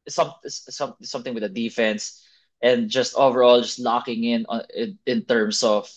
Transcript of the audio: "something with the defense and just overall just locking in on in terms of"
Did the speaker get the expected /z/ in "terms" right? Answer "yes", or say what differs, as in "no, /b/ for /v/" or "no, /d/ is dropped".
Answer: no, /s/ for /z/